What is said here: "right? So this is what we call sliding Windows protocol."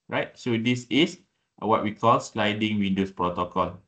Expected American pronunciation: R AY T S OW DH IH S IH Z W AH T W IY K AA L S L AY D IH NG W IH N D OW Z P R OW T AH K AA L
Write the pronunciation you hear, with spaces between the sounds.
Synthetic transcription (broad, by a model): R AY T S OW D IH S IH S W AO T W IY K AA L S L AY D IH NG W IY N D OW S P R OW T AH K AA L